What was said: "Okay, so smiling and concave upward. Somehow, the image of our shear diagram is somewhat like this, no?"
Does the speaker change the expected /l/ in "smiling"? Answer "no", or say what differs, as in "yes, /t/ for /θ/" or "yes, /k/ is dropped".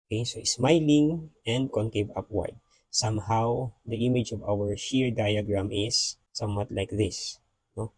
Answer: no